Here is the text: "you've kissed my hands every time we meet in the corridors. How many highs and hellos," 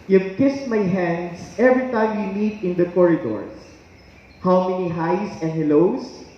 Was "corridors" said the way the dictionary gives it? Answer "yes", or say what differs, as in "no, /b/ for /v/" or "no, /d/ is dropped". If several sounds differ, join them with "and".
no, /s/ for /z/